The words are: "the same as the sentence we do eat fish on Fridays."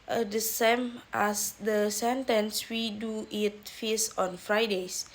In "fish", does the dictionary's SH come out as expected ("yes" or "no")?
no